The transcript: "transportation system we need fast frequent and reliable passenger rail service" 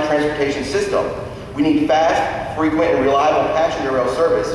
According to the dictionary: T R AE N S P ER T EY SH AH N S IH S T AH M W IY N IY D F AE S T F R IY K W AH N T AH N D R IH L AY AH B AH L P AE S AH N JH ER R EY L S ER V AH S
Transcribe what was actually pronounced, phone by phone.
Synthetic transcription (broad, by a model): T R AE N S P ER T EY SH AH N S IH S T AH M W IY N IY D F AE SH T F R IY K W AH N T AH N R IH L AY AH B L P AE SH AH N ER R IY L S ER V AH S